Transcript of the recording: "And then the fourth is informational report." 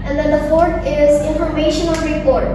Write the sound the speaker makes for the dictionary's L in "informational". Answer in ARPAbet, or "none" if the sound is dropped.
N